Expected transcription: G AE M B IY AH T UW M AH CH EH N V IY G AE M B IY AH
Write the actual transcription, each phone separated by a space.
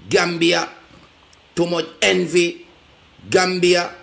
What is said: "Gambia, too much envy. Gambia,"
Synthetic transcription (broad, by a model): G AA M B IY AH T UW M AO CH EH N V IY G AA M B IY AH